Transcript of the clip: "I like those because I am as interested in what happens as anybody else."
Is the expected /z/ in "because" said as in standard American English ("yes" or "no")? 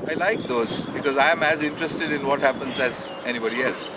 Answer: yes